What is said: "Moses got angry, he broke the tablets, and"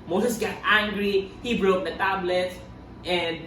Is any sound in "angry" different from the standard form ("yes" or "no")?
no